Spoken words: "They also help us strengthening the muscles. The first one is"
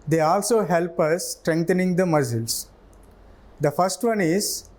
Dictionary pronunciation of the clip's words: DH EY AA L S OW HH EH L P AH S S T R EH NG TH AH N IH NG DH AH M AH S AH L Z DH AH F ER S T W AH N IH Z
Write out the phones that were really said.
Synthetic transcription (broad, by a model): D EY AA L S OW HH EH L P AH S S T R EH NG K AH N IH NG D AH M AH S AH L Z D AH F ER S T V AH N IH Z